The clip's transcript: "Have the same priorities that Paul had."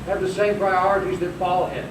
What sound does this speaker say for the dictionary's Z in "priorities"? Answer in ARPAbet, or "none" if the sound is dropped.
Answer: Z